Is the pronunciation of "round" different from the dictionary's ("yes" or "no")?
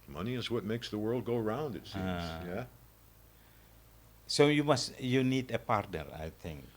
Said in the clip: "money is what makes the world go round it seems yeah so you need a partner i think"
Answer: no